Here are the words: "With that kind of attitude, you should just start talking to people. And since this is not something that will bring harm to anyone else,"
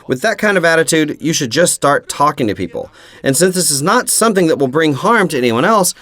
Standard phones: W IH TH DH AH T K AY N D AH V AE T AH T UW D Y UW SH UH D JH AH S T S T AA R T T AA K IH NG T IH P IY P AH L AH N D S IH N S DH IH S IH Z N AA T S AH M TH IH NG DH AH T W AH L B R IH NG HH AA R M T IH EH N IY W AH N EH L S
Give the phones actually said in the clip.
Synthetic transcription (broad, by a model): W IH DH AH T K AY N D AH V AE T AH T UW D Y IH SH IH D JH AH S T S T AA R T T AA K IH NG T IH P IY P L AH N S IH N S DH IH S IH Z N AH T S AH M TH IH NG DH AH T W AH L B R IH NG HH AA R M T IH EH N IY W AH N EH L S